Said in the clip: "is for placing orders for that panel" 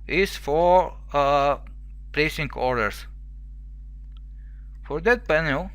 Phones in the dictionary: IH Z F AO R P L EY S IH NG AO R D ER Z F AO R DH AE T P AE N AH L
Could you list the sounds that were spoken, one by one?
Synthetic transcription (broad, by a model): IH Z F AO R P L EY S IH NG AO R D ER S F AO R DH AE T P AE N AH L